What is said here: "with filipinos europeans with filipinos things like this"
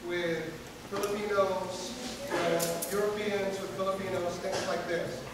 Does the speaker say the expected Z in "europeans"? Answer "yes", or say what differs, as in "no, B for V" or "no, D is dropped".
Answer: yes